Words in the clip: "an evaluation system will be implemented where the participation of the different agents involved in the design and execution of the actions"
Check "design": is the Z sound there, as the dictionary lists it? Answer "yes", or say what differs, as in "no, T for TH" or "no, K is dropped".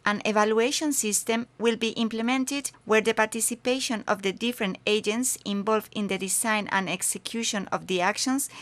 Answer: no, S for Z